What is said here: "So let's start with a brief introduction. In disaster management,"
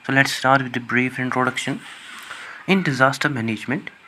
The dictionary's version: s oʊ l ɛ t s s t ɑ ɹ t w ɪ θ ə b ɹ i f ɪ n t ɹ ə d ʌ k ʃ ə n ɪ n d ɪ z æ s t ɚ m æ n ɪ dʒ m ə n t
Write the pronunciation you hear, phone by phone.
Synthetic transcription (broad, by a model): s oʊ l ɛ t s s t ɑ ɹ t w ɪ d ə b ɹ i f ɪ n t ɹ ə d ʌ k ʃ ə n ɪ n d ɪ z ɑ s t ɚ m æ n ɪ dʒ m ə n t